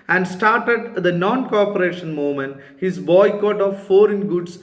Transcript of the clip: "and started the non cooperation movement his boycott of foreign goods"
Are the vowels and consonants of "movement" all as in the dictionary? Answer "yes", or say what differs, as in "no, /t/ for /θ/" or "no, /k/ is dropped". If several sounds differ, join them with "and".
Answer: no, /v/ is dropped